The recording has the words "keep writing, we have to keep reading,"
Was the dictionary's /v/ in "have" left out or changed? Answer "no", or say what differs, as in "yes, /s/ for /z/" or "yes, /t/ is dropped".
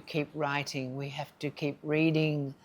yes, /f/ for /v/